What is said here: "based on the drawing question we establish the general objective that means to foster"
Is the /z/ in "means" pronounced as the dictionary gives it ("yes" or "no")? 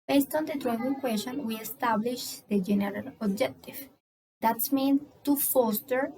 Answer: no